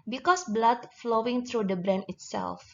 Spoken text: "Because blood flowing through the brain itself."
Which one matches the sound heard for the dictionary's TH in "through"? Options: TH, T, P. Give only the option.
T